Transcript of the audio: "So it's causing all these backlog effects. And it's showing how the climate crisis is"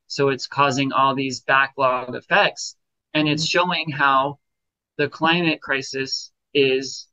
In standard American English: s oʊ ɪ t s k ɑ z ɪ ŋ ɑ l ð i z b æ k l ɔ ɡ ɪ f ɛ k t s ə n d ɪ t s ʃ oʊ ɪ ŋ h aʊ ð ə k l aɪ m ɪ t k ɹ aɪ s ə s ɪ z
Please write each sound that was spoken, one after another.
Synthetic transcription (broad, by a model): s oʊ ɪ t s k ɑ z ɪ ŋ ɑ l ð i z b æ k l ɔ ɡ ɪ f ɛ k t s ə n ɪ t s ʃ oʊ ɪ ŋ h aʊ ð ə k l aɪ m ɪ t k ɹ aɪ s ə s ɪ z